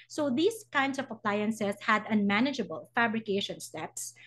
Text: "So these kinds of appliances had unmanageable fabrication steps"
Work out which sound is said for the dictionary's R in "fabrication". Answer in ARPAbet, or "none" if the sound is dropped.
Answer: R